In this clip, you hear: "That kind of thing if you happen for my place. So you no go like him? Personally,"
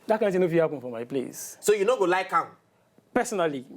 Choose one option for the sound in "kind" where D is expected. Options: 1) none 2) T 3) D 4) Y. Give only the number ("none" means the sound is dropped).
1